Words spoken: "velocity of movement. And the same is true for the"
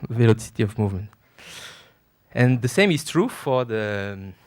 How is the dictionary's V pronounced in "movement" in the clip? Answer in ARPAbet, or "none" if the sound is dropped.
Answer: V